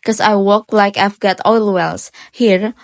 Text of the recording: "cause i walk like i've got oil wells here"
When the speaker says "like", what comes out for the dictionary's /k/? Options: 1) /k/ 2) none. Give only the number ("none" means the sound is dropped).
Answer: 1